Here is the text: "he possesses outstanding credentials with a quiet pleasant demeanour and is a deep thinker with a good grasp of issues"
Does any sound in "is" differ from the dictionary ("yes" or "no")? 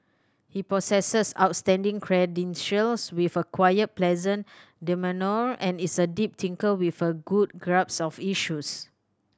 yes